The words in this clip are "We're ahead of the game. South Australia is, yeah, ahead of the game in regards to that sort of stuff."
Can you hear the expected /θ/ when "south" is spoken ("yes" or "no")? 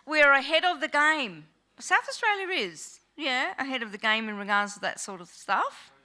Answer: yes